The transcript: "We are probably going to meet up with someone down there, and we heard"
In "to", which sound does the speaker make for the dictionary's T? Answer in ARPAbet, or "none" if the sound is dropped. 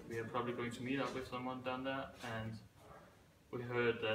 T